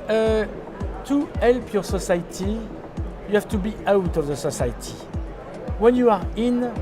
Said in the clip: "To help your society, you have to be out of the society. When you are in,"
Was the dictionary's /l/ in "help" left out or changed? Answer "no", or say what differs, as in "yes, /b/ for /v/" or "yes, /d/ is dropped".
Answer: no